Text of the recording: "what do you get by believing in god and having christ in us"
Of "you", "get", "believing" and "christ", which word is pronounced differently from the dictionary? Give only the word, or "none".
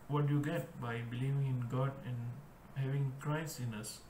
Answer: christ